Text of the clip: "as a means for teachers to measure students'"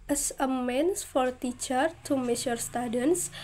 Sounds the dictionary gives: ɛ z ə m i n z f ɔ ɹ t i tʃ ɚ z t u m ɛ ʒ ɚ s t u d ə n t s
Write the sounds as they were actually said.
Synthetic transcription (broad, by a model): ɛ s ə m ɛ n s f ɔ ɹ t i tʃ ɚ t u m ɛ s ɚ s t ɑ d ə n s